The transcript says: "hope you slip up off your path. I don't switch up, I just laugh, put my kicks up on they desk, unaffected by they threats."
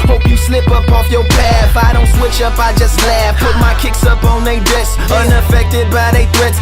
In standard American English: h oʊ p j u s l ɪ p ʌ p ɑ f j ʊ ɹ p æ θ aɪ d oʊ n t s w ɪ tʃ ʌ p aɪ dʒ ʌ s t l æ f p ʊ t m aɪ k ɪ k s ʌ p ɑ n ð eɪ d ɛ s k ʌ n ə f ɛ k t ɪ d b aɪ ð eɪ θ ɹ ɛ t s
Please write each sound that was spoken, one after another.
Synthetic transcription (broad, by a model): h oʊ p j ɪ s l ɪ p ʌ p ɑ f j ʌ ɹ p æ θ aɪ d oʊ n t s w ɪ tʃ ʌ p aɪ dʒ ʌ s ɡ l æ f p ʊ t m aɪ k ɪ k s ʌ p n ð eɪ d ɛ s ʌ n ə f ɛ k t ɪ d b aɪ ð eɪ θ ɹ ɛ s